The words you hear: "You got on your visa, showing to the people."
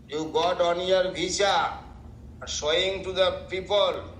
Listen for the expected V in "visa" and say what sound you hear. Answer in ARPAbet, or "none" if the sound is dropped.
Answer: B